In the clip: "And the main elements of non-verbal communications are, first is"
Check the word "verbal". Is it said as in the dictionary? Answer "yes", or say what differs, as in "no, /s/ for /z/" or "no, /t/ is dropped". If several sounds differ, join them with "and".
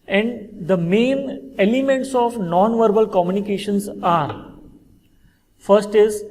yes